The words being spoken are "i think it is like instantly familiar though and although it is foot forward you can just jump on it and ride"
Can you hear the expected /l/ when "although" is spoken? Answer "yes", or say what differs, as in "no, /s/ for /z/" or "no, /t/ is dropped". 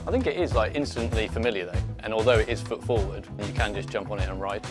yes